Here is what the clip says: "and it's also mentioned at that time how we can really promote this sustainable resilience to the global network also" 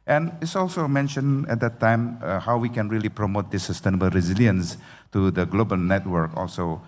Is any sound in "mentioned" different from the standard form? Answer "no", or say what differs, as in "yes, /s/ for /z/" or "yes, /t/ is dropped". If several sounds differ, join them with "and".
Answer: yes, /d/ is dropped